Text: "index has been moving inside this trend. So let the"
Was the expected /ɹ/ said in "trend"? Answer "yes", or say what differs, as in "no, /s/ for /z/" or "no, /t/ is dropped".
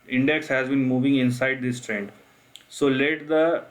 yes